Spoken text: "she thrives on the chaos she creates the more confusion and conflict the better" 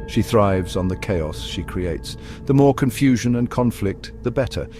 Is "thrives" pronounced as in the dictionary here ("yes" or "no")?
yes